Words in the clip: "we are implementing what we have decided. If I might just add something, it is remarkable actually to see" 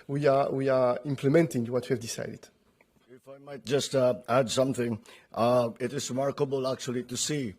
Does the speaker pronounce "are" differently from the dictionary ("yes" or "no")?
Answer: yes